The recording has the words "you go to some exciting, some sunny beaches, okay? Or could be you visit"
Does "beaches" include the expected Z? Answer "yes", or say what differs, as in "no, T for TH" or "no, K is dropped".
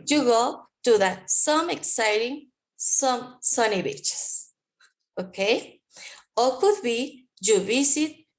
no, S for Z